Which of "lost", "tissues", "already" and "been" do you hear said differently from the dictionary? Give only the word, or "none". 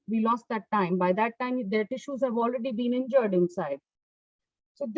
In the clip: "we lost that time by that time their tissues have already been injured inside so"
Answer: none